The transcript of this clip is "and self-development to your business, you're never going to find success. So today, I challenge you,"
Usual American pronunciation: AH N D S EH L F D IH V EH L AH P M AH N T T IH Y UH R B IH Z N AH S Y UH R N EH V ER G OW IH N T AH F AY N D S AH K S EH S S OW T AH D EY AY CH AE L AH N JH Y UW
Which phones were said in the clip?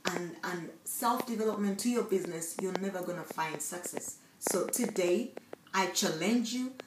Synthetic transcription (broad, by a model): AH N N S EH L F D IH V EH L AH P M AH N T T IH Y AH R B IH Z N AH S Y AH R N EH V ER G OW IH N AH F AY N D S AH K S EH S S OW T AH D EY AY CH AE L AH N JH Y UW